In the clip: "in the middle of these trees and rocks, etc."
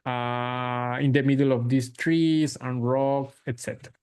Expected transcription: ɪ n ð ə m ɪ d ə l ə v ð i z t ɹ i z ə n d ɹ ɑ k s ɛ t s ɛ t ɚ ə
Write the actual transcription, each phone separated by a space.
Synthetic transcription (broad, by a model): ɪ n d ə m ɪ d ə l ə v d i s t ɹ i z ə n ɹ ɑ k ɛ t s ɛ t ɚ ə